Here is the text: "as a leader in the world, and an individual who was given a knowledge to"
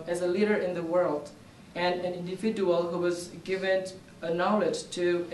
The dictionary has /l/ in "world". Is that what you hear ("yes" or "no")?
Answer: yes